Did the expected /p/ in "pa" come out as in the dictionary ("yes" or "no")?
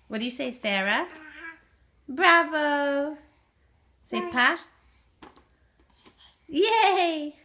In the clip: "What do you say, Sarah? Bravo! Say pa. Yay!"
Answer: yes